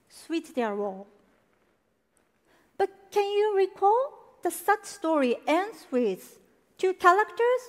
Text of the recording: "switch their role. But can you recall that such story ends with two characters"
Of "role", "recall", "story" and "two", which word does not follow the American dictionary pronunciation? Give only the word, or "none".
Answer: role